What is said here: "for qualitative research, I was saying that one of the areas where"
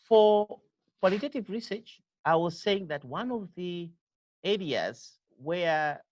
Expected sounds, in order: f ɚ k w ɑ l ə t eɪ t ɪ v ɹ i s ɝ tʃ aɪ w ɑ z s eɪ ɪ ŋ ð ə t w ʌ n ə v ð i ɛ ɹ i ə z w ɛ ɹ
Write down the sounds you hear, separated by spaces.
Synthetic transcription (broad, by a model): f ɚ k w ɑ l ə t eɪ t ɪ v ɹ i s ɝ tʃ aɪ w ɑ z s eɪ ɪ ŋ ð ə t w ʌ n ə v ð i ɛ ɹ i ə z w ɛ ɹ